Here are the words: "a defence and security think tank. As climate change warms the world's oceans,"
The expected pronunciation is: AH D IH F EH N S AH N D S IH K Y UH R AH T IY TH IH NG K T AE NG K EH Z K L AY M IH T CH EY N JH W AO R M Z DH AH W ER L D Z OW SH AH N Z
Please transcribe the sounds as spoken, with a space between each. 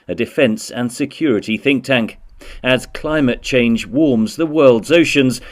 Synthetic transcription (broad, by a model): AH D IH F EH N S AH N S IH K Y UH R AH T IY TH IH NG K T AE NG K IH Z K L AY M IH T CH EY N JH W AO R M Z DH AH W ER L D Z OW SH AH N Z